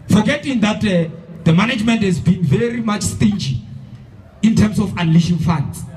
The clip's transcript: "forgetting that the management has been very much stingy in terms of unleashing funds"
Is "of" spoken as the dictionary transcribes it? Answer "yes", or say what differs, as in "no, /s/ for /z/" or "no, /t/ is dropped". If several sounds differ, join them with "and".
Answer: no, /f/ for /v/